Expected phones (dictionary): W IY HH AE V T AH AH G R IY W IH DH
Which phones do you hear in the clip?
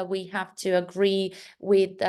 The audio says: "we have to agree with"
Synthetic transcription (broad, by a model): W IY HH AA F T AH AH G R IY W IH DH